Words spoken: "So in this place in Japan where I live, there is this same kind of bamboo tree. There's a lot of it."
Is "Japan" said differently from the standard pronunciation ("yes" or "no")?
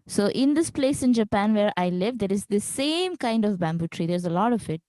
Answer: no